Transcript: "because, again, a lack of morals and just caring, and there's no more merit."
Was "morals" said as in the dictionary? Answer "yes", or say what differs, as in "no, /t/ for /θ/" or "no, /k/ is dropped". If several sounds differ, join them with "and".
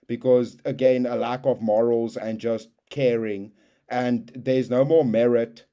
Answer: yes